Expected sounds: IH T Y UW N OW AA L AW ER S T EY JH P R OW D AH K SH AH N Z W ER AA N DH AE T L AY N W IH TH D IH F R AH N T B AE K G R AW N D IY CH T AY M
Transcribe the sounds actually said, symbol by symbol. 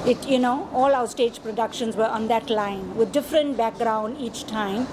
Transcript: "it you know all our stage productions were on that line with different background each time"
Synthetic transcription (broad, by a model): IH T Y UW N OW AA L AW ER S T EY JH P R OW D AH K SH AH N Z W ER AA N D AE T L AY N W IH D D IH F R AH N T B AE K G R AW N D IY CH T AY M